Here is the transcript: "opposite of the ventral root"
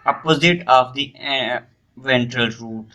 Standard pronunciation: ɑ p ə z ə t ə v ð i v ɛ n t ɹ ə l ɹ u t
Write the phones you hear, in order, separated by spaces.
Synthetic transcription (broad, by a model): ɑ p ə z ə t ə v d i v ɛ n t ɹ ə l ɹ u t